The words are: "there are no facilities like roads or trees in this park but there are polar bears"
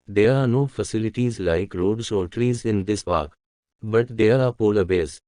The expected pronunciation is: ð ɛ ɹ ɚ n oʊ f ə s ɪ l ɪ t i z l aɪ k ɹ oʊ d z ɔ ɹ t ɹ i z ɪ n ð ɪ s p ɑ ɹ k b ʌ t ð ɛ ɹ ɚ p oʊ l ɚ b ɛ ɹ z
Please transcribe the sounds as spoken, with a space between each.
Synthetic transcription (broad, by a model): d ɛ ɹ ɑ n oʊ f ə s ɪ l ɪ t i z l aɪ k ɹ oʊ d s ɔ l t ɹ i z ɪ n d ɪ s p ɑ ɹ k b ʌ t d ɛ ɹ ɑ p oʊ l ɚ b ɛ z